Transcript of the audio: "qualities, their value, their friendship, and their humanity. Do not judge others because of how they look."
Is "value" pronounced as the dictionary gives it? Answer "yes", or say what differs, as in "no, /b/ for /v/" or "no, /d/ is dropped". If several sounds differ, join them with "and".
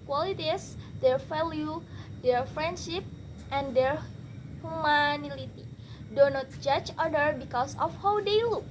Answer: no, /f/ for /v/